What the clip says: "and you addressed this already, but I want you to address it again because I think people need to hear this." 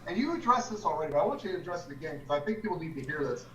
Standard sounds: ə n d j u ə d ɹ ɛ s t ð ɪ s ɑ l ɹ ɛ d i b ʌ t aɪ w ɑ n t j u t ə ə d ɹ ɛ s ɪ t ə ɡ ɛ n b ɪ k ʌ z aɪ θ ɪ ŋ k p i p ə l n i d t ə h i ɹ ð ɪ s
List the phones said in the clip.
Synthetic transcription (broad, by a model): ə n j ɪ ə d ɹ ɛ s ð ɪ s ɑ l ɹ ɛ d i b ʌ t aɪ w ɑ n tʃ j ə ə d ɹ ɛ s ɪ t ə ɡ ɛ n k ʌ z aɪ θ ɪ ŋ k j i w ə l l i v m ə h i ɹ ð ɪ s